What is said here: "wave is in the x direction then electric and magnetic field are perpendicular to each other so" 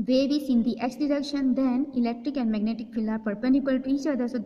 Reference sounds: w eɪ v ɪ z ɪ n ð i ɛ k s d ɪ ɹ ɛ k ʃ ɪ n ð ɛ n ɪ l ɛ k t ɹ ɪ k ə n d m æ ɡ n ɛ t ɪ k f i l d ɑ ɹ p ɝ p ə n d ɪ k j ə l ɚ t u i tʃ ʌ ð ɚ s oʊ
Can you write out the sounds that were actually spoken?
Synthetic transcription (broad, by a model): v eɪ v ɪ s ɪ n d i ɛ k s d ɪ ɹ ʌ k ʃ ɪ n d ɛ n ɪ l ɛ k t ɹ ɪ k ə n d m æ ɡ n ɛ t ɪ k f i l ɑ ɹ p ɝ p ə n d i k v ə l t u i tʃ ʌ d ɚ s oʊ